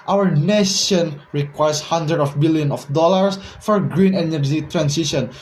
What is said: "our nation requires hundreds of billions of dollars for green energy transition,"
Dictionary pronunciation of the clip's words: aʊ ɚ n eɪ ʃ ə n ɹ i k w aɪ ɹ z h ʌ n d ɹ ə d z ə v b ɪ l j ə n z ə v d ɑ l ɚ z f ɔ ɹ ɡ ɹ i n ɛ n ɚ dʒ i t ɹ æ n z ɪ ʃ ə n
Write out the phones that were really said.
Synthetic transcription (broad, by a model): aʊ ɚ n eɪ ʃ ə n ɹ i k w aɪ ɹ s h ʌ n d ɹ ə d ə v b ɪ l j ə n ə f d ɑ l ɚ s f ɔ ɹ ɡ ɹ i n ɛ n ɚ dʒ i t ɹ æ n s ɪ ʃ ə n